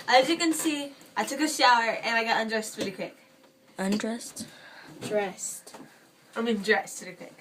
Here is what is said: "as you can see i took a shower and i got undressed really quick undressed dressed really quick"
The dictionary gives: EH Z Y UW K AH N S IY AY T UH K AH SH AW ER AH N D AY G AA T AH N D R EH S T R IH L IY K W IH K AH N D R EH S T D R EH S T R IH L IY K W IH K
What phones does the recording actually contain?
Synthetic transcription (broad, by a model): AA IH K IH K AH N S IY AY T UH K AH SH AW ER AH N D AY G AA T AH N D R EH S T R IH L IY K W IH K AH N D R EH S T D R EH S T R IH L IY K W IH K